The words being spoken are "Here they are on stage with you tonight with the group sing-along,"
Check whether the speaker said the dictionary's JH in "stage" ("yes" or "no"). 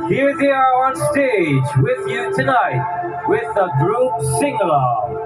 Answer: yes